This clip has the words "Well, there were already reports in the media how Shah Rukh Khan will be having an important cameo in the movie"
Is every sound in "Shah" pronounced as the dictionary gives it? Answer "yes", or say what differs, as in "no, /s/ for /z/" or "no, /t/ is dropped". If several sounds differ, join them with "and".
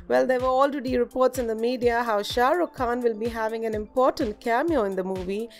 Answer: yes